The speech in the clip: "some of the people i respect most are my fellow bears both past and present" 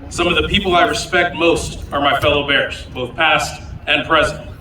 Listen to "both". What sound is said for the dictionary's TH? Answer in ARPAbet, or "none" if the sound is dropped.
TH